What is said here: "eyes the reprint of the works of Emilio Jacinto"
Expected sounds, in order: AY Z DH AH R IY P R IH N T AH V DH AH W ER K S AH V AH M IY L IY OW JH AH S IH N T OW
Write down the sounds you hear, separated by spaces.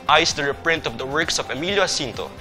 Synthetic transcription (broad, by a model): AY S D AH R IY P R IH N T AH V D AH W ER K S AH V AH M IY L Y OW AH S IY N T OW